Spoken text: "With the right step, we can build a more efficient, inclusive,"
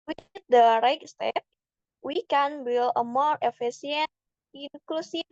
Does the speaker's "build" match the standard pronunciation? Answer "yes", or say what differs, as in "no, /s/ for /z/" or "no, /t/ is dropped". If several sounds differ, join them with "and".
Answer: no, /d/ is dropped